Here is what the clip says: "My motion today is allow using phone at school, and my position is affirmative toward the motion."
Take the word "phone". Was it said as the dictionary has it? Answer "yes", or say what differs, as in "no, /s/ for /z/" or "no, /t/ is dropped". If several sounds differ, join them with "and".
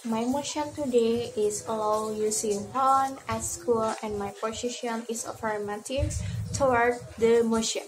no, /p/ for /f/